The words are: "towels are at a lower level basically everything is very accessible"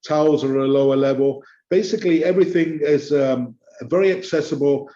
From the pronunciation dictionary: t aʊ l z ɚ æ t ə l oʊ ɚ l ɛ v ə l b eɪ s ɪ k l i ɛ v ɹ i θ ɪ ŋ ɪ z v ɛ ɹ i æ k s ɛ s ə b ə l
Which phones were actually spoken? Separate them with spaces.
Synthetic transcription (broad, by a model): t aʊ l z ɚ ə l oʊ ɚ l ɛ v ə l b eɪ s ɪ k l i ɛ v ɹ i θ ɪ ŋ ɪ z v ɛ ɹ i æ k s ɛ s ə b ə l